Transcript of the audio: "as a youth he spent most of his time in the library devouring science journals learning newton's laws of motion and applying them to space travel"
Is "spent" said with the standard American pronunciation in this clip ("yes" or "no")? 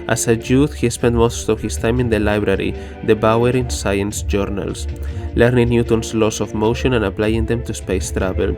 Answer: yes